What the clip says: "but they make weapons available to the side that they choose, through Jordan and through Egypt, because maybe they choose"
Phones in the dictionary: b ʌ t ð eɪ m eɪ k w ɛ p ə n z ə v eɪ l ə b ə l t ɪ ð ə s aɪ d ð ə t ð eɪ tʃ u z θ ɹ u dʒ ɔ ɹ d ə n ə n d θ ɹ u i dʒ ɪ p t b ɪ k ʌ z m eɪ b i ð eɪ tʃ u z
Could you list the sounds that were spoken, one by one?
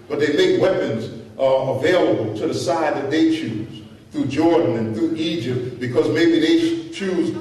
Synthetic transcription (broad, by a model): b ʌ t ð eɪ m eɪ k w ɛ p ə n z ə v eɪ l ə b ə l t ɪ ð ə s aɪ d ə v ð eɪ tʃ u z θ ɹ u dʒ ɔ ɹ d n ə n θ ɹ u i dʒ ɪ p t b ɪ k ʌ z m eɪ b i ð eɪ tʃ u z